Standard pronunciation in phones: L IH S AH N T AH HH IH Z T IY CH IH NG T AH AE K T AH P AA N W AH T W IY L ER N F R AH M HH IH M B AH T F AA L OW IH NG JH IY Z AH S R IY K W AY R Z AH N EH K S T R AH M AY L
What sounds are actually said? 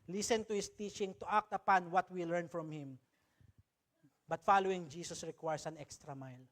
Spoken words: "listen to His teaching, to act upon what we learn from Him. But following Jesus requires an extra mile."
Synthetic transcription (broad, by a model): L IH S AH N T AH HH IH S T IY CH IH NG T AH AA K T AH P AA N W AH T W IY L ER N F R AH M HH IH M B AH T F AA L OW IH NG JH IY S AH S R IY K W AY R S AH N EH K S T R AH M AY L